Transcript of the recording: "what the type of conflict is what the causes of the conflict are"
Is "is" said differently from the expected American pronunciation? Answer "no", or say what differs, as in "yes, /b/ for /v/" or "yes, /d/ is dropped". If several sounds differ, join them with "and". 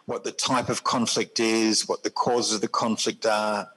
no